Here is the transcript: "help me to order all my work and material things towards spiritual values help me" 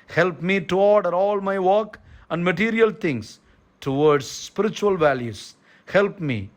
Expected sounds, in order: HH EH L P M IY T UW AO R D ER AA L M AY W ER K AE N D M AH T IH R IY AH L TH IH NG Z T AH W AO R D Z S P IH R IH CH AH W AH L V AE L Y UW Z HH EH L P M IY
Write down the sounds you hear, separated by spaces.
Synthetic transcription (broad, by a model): HH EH L P M IY T UW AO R D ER AA L M AY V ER K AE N D M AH T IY R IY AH L T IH NG S T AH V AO R D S S P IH R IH CH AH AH L V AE L Y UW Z HH EH L P M IY